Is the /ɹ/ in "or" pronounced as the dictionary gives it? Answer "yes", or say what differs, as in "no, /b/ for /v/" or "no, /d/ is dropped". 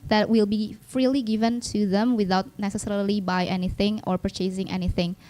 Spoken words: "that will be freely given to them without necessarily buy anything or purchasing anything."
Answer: yes